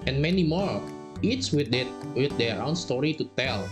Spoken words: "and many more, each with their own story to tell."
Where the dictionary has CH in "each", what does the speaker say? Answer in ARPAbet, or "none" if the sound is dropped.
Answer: S